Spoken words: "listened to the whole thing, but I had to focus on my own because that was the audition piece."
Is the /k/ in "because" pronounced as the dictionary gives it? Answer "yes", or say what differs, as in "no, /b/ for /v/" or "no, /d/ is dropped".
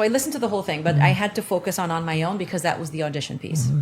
yes